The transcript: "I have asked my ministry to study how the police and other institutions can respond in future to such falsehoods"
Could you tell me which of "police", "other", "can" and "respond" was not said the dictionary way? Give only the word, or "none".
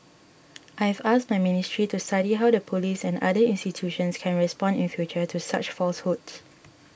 other